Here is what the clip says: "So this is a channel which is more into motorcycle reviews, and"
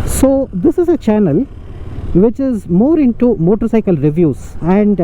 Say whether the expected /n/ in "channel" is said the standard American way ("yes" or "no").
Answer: yes